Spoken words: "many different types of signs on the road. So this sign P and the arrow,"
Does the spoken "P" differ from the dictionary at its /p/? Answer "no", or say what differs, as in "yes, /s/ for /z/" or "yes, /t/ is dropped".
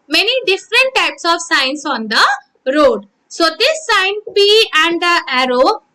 yes, /b/ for /p/